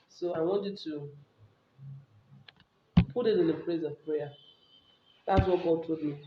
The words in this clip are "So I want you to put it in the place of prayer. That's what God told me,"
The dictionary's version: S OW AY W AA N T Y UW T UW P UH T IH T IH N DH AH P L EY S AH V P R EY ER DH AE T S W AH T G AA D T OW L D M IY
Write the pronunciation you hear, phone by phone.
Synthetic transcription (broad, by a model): S OW AY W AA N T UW T UW P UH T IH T IH N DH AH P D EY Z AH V P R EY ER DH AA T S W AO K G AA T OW D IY